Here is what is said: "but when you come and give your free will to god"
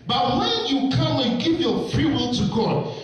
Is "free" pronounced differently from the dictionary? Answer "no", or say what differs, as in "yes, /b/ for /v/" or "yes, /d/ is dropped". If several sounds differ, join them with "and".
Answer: no